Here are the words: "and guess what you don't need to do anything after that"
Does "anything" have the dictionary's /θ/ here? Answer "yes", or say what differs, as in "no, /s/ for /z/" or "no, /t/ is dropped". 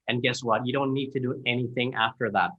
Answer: yes